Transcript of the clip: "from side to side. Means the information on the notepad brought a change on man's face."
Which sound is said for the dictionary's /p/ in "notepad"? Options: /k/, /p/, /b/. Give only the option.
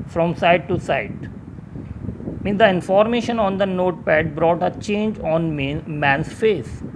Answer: /p/